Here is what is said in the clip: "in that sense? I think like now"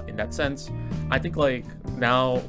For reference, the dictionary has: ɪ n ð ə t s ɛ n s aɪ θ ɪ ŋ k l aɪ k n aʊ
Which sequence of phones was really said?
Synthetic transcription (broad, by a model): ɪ n ð ə t s ɛ n s aɪ θ ɪ ŋ k l aɪ k n aʊ